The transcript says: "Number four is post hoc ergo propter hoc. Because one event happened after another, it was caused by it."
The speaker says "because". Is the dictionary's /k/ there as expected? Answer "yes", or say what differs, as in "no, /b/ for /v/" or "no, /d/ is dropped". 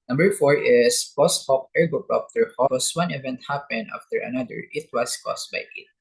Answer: no, /k/ is dropped